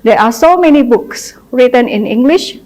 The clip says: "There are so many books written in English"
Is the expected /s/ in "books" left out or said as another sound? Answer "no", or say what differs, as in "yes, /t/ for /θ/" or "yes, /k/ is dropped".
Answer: no